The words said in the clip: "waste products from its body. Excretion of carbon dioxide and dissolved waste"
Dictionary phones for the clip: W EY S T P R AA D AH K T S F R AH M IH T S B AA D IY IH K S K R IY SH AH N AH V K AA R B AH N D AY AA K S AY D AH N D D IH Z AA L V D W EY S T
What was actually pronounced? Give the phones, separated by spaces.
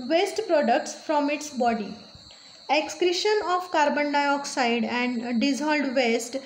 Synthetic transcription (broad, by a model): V EY S T P R AA D AH K T S F R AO M IH T S B AA D IY IH K S K R IY SH AH N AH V K AA R B AH N D AY AA K S AY D AH N D D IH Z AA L D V EY S T